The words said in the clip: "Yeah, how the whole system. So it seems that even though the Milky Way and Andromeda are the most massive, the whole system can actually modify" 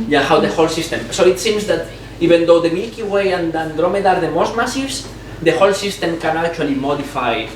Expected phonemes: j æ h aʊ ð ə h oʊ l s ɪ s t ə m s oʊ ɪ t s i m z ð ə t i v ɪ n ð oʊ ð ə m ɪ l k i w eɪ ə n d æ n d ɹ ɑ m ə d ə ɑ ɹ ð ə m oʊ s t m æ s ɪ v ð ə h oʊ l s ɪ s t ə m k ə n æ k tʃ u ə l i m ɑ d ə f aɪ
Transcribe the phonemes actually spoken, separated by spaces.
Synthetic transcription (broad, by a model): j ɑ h aʊ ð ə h oʊ l s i s t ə m s oʊ ɪ t s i m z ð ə t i b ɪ n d oʊ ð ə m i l k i w eɪ ə n d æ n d ɹ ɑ m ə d ɑ ɹ ð ə m oʊ s t m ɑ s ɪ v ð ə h oʊ l s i s t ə m k ə n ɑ k tʃ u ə l i m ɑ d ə f aɪ